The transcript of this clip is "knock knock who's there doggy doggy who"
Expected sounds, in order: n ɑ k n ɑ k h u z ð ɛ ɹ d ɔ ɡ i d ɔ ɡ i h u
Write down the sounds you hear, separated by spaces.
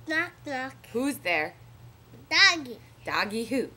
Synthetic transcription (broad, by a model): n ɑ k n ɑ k h u z ð ɛ ɹ d ɔ ɡ i d ɔ ɡ i h u